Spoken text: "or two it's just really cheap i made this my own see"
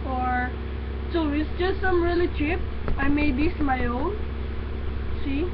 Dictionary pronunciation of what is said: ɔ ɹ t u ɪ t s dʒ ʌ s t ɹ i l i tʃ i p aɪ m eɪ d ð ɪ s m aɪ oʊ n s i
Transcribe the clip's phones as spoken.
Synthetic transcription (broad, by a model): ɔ ɹ s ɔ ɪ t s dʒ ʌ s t ɹ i l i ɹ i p aɪ m eɪ d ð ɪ s m aɪ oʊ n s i